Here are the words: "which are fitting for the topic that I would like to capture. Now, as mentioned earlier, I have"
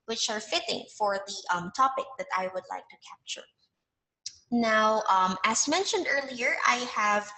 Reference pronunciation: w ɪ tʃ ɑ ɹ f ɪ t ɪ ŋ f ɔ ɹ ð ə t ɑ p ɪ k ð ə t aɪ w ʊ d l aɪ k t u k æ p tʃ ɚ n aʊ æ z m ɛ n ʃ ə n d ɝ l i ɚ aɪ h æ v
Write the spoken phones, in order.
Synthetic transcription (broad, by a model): w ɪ tʃ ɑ ɹ f ɪ t ɪ ŋ f ɔ ɹ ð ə t ɑ p ɪ k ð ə t aɪ w ʊ d l aɪ k t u k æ p tʃ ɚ n aʊ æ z m ɛ n ʃ ə n d ɝ l i ɚ aɪ h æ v